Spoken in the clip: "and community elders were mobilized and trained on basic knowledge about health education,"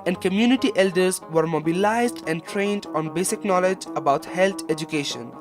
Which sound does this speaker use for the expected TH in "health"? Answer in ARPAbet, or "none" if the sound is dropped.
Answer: T